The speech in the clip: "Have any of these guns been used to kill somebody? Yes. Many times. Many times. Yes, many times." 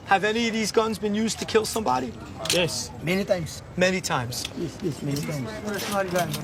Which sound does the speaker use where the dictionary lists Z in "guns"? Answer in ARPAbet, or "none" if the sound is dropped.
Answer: Z